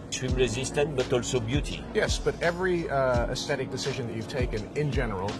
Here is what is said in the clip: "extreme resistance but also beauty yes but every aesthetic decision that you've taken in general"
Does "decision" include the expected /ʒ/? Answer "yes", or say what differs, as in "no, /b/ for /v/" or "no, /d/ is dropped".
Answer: yes